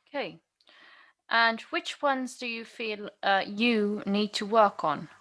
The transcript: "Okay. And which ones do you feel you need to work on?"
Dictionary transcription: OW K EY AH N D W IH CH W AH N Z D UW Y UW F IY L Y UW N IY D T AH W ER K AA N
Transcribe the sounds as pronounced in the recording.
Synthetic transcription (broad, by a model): K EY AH N W IH CH W AH N Z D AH Y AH F IY L Y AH N IY D T AH W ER K N